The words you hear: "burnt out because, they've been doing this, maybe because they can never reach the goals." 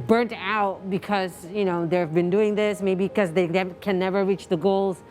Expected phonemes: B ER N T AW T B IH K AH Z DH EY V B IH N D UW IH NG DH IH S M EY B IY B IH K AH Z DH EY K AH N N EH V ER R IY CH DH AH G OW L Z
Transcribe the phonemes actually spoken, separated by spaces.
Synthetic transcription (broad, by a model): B ER N T AW T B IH K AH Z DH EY V B IH N D UW IH NG DH IH S M EY IY B IH K AH Z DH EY K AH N N EH V ER R IY CH DH AH G OW L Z